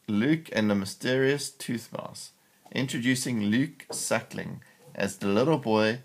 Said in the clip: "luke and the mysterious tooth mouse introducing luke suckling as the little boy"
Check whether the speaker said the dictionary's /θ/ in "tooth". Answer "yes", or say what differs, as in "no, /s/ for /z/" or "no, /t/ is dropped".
yes